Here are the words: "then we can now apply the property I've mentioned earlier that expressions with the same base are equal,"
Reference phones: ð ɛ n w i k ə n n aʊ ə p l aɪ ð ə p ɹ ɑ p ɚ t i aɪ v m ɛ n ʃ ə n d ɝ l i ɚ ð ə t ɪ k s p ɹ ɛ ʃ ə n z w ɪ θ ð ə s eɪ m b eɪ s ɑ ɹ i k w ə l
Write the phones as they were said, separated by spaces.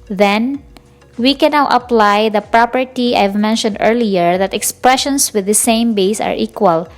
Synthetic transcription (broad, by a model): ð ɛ n w i k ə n n aʊ ə p l aɪ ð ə p ɹ ɑ p ɚ t i aɪ v m ɛ n ʃ ə n d ɝ l i ɚ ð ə t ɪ k s p ɹ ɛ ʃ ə n s w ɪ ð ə s eɪ m b eɪ s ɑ ɹ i k w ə l